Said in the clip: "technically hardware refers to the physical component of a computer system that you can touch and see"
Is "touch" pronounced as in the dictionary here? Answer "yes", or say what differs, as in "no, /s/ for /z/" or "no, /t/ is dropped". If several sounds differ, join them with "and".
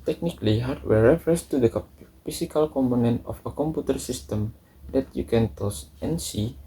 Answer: no, /s/ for /tʃ/